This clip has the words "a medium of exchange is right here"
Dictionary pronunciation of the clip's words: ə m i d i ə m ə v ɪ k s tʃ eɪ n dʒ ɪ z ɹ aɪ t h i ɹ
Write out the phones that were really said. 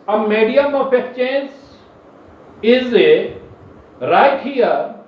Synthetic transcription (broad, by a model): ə m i d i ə m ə f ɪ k tʃ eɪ n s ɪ z ɹ aɪ t h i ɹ